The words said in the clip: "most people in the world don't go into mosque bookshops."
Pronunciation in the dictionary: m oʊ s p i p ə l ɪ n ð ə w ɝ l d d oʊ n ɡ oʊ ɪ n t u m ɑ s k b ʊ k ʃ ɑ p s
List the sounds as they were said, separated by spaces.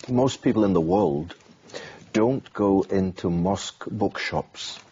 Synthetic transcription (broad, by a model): m oʊ s p i p l ɪ n ð ə w ɝ l d d oʊ n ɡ oʊ ɪ n t u m ɑ s k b ʊ k ʃ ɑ p s